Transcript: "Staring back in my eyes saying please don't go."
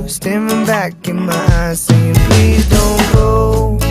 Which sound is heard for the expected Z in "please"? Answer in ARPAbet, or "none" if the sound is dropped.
none